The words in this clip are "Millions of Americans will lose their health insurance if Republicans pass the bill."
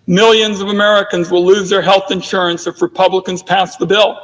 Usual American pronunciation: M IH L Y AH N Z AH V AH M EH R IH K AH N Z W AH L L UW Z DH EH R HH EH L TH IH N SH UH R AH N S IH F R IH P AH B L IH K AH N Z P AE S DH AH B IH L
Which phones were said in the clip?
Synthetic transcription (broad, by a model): M IH L Y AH N Z AH V AH M EH R IH K AH N Z W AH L L UW Z DH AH R HH EH L TH IH N SH UH R AH N S IH F R IH P AH B L IH K AH N Z P AE S DH AH B IH L